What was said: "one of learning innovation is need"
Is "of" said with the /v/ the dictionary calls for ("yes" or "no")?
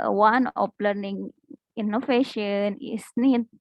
no